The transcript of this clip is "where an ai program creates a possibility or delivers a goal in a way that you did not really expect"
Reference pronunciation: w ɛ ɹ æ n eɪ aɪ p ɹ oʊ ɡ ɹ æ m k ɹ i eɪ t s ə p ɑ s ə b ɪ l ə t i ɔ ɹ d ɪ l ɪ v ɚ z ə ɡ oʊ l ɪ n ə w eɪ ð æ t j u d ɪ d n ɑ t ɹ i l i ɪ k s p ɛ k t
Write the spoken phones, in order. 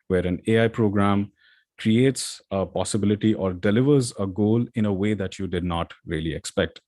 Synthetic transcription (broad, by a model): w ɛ ɹ æ n eɪ aɪ p ɹ oʊ ɡ ɹ æ m k ɹ i eɪ t s ə p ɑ s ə b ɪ l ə t i ɔ ɹ d ɪ l ɪ v ɚ z ə ɡ oʊ l ɪ n ə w eɪ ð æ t j u d ɪ d n ɑ t ɹ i l i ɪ k s p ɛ k t